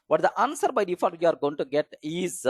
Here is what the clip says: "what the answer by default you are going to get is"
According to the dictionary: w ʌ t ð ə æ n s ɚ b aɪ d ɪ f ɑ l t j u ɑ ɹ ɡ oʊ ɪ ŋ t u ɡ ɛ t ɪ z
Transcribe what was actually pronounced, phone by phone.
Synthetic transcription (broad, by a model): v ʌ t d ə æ n s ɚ b aɪ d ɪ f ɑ t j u ɑ ɹ ɡ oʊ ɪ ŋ t u ɡ ɛ t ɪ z